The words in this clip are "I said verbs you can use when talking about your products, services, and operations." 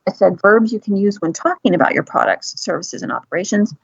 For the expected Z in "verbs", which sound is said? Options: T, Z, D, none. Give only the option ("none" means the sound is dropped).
Z